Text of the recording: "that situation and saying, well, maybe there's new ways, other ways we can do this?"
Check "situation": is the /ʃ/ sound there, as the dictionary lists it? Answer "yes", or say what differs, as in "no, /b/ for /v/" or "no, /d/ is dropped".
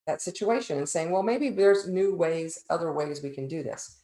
yes